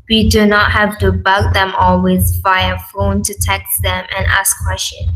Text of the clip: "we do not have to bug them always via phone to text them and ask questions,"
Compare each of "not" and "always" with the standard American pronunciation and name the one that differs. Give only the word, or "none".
none